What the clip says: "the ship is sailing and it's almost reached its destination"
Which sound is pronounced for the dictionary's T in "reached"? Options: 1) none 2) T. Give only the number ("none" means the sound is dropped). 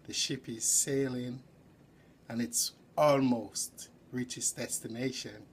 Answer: 1